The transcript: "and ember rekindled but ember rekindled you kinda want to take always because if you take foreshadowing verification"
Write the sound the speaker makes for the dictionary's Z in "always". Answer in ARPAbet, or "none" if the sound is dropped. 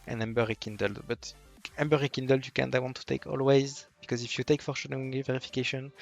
Z